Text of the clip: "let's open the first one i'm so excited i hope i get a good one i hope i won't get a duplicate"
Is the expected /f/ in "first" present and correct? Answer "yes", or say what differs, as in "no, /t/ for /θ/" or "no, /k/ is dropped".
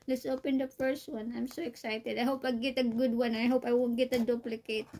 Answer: no, /p/ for /f/